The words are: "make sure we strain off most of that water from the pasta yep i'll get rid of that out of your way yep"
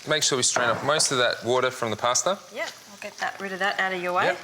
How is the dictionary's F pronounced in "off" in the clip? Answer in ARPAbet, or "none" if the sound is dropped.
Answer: P